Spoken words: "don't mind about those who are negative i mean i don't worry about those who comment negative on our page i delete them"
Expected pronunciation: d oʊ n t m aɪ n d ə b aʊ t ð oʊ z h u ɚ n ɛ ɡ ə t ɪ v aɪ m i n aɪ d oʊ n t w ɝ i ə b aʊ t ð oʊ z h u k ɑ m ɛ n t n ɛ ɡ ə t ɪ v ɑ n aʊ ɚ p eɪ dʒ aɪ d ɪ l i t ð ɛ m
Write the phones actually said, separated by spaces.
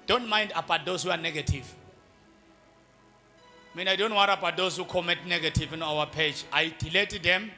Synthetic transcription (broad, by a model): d oʊ n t m aɪ n d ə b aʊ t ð oʊ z h u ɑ n ɛ ɡ ə t ɪ v m i n aɪ d oʊ n t w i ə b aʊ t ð oʊ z h u k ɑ m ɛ t n ɛ ɡ ə t ɪ v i n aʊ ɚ p eɪ dʒ aɪ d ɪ l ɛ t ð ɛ m